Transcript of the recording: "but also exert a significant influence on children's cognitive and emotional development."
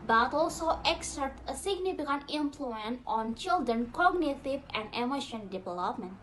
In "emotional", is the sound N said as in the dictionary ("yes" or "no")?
no